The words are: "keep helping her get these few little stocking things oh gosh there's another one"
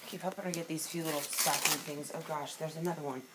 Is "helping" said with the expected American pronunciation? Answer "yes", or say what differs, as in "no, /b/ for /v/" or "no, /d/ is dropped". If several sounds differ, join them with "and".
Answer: no, /l/ is dropped